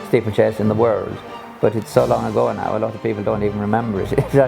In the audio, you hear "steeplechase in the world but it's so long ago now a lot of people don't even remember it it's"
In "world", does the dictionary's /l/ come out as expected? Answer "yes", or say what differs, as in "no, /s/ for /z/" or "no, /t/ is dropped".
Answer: yes